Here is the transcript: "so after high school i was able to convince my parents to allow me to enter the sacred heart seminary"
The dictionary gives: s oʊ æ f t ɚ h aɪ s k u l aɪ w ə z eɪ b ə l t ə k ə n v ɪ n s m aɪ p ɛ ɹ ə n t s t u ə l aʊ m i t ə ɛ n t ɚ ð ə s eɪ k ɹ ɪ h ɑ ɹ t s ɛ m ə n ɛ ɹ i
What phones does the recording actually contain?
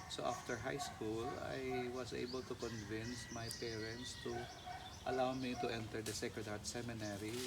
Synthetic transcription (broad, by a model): s oʊ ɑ f t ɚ h aɪ s k u l aɪ w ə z eɪ b ə l t ə k ə n v ɪ n s m aɪ p ɛ ɹ ə n t s t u ə l aʊ m i t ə ɛ n t ɚ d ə s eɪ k ɪ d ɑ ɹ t s ɛ m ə n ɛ ɹ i